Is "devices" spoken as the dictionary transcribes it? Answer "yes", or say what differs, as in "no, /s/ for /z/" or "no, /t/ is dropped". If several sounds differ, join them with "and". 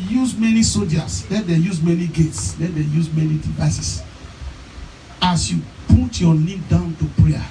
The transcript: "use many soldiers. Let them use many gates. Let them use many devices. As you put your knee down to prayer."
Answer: no, /s/ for /z/